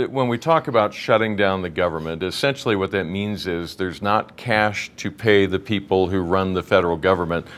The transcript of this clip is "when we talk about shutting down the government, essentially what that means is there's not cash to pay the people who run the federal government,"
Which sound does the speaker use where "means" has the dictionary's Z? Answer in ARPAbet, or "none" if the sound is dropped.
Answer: Z